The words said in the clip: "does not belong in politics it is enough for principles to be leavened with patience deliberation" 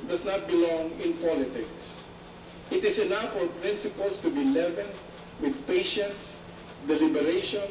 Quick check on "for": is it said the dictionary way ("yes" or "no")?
yes